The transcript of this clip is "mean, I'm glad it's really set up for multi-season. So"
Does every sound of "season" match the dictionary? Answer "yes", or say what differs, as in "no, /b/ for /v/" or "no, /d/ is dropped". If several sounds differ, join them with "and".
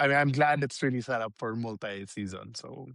yes